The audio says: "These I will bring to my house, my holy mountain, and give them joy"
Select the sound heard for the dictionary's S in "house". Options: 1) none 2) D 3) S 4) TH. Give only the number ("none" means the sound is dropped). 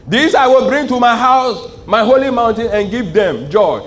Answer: 3